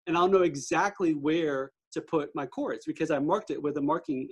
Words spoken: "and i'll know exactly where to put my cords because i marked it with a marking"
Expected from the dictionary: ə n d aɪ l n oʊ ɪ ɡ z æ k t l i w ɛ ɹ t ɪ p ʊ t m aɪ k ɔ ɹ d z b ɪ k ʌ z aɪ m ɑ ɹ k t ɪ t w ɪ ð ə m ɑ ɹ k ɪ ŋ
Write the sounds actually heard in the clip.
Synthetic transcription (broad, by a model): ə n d aɪ l n oʊ ɪ ɡ z æ k t l i w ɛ ɹ t ɪ p ʊ t m aɪ k ɔ ɹ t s b ɪ k ʌ z aɪ m ɑ ɹ k t ɪ t w ɪ ð ə m ɑ ɹ k ɪ ŋ